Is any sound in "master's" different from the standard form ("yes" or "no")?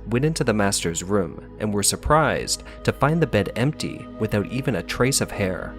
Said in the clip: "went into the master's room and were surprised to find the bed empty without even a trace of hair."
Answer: no